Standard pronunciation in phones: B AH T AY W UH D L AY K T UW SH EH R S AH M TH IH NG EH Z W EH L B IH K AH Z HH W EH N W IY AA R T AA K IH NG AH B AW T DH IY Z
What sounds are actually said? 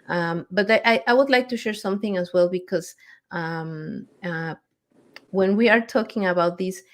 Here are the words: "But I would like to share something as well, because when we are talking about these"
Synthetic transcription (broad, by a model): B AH T AY W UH D L AY K T UW SH EH R S AH M TH IH NG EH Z W EH L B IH K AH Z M W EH N W IY AA R T AA K IH NG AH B AW T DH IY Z